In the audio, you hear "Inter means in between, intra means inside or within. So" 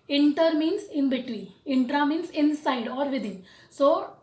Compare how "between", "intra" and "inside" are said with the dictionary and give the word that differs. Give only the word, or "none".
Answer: between